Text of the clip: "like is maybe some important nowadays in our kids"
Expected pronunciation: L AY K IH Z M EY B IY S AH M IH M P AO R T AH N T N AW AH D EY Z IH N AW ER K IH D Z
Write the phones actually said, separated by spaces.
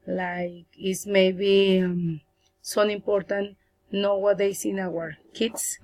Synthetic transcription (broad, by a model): L AY K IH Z M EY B IY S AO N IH M P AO R T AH N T N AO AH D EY S IH N AW ER K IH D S